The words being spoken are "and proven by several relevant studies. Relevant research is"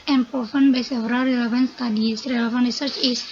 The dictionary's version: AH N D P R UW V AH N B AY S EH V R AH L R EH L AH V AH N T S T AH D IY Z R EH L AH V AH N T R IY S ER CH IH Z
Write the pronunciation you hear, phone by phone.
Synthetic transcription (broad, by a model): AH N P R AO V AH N B AY S EH V R AH L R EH L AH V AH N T S T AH D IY S R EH L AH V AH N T R IY S ER CH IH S